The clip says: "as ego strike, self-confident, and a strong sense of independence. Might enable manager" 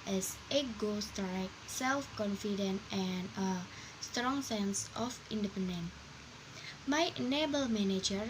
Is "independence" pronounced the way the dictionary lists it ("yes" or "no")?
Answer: no